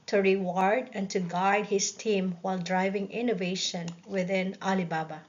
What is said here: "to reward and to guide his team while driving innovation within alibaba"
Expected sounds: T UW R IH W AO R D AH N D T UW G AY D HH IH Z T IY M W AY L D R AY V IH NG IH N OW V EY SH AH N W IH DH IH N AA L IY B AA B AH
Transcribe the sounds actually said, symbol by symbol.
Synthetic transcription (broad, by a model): T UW R IH W AO R D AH N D T UW G AY D HH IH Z T IY M W AY L D R AY V IH NG IH N OW V EY SH AH N W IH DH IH N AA L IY B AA B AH